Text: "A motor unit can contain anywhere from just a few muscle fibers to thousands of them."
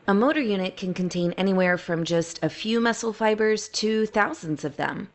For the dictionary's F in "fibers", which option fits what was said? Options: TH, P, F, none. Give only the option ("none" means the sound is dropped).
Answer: F